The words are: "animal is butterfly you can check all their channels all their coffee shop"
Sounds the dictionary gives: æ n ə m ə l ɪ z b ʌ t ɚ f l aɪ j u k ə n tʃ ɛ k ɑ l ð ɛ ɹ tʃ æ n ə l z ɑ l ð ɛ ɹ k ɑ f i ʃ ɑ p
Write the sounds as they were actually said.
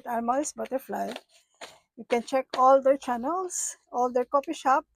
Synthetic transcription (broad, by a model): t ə m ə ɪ s b ʌ t ɚ f l aɪ j u k ə n tʃ ɛ k ɑ l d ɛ ɹ tʃ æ n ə l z ɑ l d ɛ ɹ k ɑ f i ʃ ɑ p